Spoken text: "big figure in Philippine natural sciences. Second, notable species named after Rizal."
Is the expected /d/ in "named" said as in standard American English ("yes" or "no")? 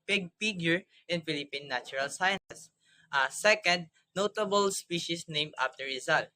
no